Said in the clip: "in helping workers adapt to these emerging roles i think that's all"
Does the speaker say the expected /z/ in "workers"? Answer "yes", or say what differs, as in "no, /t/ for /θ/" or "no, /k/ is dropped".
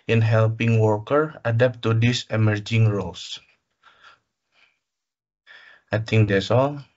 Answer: no, /z/ is dropped